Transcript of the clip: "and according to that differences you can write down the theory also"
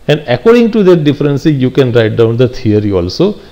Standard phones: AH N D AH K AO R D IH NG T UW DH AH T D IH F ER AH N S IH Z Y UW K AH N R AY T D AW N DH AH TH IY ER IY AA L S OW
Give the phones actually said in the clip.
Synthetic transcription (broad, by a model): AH N D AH K AO R D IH NG T UW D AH T D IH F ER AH N S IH Y UW K AH N R AY T D AW N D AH T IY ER IY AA L S OW